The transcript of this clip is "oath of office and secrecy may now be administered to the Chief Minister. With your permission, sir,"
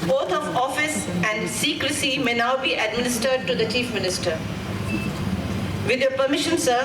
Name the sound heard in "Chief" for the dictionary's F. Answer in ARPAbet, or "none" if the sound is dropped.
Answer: F